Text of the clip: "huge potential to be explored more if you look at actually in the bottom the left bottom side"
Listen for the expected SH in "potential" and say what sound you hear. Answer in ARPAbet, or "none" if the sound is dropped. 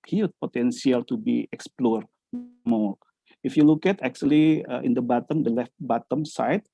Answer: S